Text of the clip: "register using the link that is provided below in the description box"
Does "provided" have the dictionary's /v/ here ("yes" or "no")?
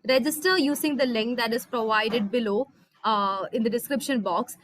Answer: yes